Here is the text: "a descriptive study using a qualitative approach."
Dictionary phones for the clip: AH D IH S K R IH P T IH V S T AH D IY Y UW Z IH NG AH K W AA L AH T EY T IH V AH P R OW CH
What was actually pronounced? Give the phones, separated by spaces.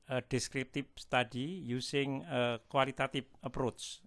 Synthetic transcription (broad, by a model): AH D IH S K R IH P T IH P S T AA D IY Y UW S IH NG AH K W AA L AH T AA T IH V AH P R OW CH